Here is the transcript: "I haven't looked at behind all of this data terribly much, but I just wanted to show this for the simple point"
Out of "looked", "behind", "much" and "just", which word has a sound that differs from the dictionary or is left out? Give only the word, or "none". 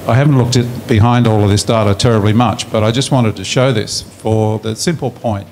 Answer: none